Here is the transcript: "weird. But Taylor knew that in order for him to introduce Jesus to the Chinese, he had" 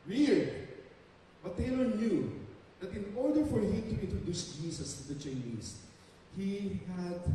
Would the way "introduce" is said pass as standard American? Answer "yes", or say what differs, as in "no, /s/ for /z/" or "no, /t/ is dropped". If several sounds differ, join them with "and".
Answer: yes